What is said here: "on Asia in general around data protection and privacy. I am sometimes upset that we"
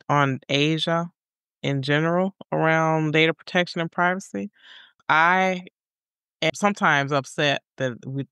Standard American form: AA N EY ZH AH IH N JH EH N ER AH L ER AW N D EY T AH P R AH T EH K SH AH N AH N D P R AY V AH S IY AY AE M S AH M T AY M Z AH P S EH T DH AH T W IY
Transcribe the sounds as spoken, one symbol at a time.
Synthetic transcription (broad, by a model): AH N EY ZH AH IH N JH EH N ER L ER AW N D EY T AH P R AH T EH K SH AH N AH N P R AY V AH S IY AY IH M S AH M T AY M Z AH P S EH T DH AH T W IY